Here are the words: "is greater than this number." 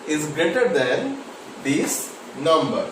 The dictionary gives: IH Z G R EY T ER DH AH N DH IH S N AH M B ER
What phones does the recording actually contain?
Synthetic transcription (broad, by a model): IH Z G R EY T ER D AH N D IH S N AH M B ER